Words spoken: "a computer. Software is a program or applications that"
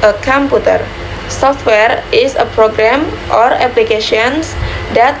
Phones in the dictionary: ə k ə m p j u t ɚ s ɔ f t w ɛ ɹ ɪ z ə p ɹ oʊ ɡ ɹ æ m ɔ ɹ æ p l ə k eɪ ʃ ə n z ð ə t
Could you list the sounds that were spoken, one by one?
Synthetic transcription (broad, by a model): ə k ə m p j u t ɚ s ɔ f t w ɛ ɹ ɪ s ə p ɹ oʊ ɡ ɹ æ m ɔ ɹ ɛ p l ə k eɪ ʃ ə n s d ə t